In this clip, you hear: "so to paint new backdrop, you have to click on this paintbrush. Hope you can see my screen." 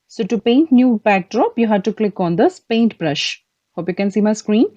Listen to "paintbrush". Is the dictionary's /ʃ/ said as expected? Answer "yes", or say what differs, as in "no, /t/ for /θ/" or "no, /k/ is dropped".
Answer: yes